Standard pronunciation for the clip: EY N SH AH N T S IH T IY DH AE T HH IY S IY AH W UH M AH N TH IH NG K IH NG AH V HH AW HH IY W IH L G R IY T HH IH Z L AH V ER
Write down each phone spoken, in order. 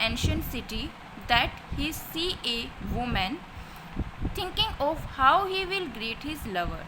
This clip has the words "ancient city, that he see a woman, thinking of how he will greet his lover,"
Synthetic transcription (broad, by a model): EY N SH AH N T S IH T IY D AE T HH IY S IY AH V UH M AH N T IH NG K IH NG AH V HH AW HH IY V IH L G R IY T HH IH Z L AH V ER